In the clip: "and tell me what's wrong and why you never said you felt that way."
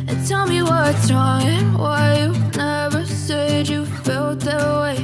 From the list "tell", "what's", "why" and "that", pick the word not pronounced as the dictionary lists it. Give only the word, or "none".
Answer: what's